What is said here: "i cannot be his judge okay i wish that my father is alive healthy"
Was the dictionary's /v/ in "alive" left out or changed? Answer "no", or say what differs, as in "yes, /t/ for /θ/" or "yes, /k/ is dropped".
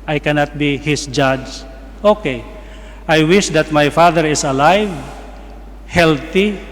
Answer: no